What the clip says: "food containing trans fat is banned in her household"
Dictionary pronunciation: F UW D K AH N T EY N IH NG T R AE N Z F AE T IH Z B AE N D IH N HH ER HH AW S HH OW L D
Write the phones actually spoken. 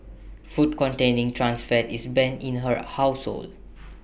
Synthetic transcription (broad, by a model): F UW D K AH N T EY N IH NG T R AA N S F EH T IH S B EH N IH N HH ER HH AW S HH OW L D